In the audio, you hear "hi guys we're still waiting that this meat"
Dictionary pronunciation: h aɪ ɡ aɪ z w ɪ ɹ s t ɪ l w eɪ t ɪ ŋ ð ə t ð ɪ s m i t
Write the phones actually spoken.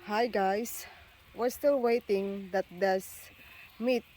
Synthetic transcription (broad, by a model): h aɪ ɡ aɪ s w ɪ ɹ s t ɪ l w eɪ t ɪ ŋ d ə t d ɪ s m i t